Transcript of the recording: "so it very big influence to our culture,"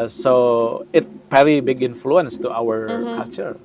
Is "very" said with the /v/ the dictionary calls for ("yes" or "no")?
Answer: no